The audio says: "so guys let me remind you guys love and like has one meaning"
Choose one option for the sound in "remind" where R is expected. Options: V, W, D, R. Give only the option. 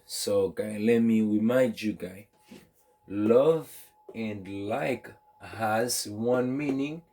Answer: W